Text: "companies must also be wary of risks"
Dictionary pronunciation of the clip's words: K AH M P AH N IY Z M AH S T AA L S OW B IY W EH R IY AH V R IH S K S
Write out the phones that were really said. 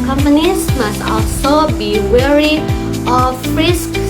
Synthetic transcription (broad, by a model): K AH M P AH N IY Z M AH S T AA L S OW B IY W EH R IY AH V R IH S K